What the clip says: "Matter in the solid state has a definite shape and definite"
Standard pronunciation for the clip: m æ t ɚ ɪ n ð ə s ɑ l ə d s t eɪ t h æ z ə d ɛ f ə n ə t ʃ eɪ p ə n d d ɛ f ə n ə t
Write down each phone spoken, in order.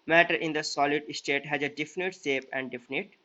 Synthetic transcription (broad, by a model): m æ t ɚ ɪ n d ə s ɑ l ə d s t eɪ t h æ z ə d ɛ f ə n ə t s eɪ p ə n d d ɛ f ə n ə t